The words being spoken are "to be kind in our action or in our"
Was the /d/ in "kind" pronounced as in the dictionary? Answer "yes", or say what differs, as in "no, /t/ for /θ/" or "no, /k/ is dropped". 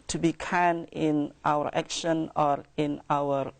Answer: no, /d/ is dropped